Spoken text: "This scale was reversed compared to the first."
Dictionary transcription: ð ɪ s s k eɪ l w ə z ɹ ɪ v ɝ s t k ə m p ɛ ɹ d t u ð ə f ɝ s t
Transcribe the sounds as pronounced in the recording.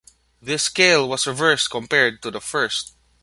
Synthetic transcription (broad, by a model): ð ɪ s s k eɪ l w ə s ɹ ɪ v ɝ s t k ə m p ɛ ɹ d t u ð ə f ɝ s t